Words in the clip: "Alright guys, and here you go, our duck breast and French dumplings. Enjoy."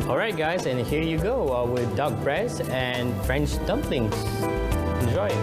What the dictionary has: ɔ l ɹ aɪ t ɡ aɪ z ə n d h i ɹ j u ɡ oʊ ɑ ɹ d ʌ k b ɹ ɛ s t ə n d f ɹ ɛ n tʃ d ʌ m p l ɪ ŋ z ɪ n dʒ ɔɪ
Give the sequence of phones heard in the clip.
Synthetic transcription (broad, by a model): ɔ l ɹ aɪ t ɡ aɪ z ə n h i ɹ j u ɡ oʊ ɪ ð d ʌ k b ɹ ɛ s ə n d f ɹ ɛ n tʃ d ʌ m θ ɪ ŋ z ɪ n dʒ ɔɪ